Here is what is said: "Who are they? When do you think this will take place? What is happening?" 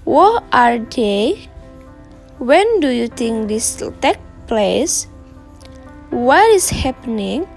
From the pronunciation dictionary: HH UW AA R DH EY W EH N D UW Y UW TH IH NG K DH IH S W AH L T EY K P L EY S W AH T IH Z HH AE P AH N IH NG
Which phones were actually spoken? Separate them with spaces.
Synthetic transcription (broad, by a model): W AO AA R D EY W EH N D UW Y UW T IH NG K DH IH S T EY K P L EY S W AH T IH S HH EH P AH N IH NG